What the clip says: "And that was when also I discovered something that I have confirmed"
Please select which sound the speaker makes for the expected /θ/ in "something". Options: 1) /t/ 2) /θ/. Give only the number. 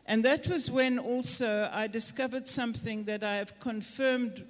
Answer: 2